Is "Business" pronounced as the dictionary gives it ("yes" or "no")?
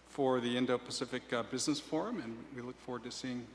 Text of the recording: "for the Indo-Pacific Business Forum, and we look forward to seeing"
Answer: yes